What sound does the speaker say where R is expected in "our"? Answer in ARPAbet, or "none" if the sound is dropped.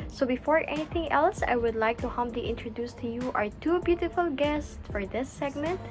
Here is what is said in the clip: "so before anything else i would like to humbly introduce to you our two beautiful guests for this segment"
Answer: R